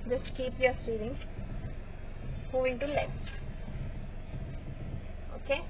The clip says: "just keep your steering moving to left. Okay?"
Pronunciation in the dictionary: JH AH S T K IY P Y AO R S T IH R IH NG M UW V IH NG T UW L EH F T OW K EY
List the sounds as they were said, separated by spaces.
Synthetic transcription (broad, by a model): JH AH S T K IY P Y AO R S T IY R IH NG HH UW IH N T UW L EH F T OW K EY